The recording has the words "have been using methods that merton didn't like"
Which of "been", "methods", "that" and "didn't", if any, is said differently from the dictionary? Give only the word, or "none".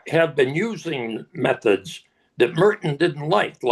none